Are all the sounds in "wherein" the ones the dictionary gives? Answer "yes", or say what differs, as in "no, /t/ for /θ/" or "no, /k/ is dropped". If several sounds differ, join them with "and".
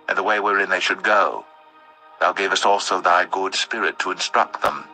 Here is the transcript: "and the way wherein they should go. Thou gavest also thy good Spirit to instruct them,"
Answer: yes